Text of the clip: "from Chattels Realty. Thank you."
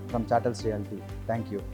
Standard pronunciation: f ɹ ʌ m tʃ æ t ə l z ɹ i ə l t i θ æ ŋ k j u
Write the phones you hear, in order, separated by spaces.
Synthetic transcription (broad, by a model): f ɹ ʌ m tʃ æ t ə l s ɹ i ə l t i t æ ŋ k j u